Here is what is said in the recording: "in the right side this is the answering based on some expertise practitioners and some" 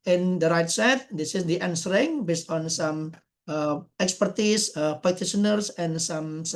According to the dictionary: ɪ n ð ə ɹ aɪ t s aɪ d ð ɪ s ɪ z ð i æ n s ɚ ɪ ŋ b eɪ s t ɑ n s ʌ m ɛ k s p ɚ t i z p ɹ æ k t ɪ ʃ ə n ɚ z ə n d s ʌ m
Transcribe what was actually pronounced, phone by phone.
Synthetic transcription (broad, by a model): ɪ n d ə ɹ aɪ t s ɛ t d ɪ s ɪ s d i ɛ n s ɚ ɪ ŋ b eɪ s t ɑ n s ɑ m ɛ k s p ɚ t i s p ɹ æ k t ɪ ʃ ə n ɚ s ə n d s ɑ m